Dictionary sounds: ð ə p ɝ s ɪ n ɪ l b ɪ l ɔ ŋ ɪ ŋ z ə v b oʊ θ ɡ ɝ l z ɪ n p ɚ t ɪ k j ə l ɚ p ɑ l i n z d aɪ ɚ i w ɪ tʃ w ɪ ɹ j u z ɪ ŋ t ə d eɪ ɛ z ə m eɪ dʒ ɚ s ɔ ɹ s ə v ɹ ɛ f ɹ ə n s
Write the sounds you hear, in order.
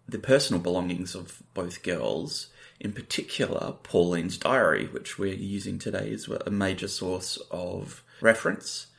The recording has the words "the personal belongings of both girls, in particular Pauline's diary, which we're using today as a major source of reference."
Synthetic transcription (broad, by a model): ð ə p ɝ s n l b ɪ l ɔ ŋ ɪ ŋ z ə v b oʊ θ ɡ ɝ l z ɪ n p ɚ t ɪ k j l ɚ p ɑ l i n z d aɪ ɚ i w ɪ tʃ w ɪ ɹ j u z ɪ ŋ t ə d eɪ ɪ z ə m eɪ dʒ ɚ s ɔ ɹ s ə v ɹ ɛ f ɹ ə n s